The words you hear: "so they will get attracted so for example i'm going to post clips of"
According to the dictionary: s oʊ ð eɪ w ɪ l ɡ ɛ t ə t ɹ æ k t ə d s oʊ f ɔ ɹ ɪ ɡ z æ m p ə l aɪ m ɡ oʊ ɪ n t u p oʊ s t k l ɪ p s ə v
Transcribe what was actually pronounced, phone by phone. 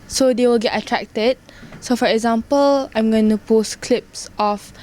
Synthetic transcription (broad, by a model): s oʊ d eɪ w ɪ l ɡ ɛ t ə t ɹ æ k t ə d s oʊ f ɔ ɹ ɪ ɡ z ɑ m p ə l aɪ m ɡ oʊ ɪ n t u p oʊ s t k l ɪ p s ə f